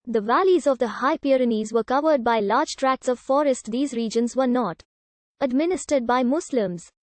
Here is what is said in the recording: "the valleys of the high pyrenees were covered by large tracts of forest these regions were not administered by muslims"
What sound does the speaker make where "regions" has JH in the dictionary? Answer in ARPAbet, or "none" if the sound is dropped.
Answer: JH